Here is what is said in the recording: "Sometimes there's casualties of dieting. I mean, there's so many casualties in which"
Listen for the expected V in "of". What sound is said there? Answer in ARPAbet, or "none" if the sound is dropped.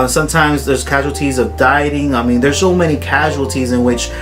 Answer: V